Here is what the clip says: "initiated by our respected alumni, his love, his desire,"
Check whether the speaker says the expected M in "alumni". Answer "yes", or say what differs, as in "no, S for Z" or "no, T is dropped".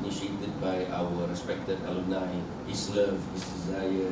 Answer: no, M is dropped